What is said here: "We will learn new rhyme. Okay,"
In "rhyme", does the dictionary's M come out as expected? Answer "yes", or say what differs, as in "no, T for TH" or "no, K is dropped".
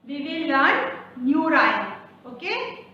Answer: no, M is dropped